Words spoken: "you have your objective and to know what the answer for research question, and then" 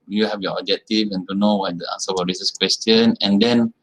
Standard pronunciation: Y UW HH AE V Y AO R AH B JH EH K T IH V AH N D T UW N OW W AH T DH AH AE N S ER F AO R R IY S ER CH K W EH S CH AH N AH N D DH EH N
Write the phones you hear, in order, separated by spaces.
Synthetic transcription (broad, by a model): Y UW HH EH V Y AO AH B JH EH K T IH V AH N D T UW N OW W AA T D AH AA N S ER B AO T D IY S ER S K W EH S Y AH N AH N D EH N